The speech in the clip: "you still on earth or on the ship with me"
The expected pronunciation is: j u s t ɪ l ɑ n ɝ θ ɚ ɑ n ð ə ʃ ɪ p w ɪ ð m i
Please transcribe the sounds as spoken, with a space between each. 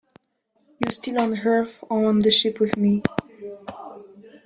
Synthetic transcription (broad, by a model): j u s t ɪ l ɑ n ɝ f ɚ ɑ n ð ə ʃ ɪ p w ɪ ð m i